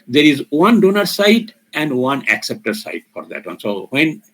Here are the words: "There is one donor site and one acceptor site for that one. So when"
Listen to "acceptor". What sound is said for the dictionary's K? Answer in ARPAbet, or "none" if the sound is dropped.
K